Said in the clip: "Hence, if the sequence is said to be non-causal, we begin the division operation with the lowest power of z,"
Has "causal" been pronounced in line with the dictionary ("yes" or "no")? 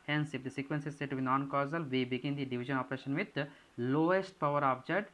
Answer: yes